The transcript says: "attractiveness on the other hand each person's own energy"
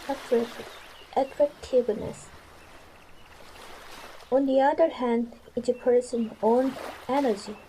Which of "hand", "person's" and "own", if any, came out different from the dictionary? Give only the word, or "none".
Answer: person's